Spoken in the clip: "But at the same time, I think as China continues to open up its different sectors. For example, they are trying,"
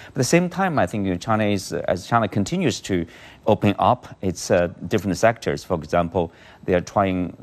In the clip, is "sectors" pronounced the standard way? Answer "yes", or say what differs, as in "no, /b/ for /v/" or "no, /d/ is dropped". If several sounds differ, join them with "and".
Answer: yes